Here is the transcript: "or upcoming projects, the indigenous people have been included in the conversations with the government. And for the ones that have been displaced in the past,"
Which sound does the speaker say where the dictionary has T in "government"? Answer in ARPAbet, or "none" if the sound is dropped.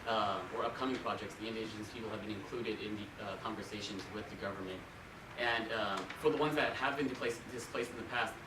T